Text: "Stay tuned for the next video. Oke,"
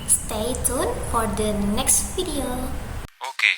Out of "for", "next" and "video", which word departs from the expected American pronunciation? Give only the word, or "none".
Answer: video